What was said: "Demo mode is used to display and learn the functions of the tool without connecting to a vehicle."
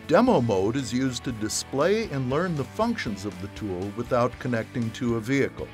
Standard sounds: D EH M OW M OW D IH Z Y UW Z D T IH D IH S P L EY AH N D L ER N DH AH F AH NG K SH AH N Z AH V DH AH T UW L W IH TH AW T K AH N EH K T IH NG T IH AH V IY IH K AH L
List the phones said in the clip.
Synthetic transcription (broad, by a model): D EH M OW M OW D IH Z Y UW Z T IH D IH S P L EY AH N L ER N DH AH F AH NG K SH AH N Z AH V DH AH T UW L W IH TH AW T K AH N EH K T IH NG T IH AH V IY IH K L